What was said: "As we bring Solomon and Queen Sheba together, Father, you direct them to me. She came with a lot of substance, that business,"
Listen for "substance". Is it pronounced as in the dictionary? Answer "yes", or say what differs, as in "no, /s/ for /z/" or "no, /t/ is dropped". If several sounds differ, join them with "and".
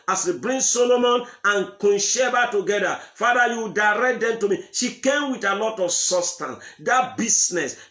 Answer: no, /b/ is dropped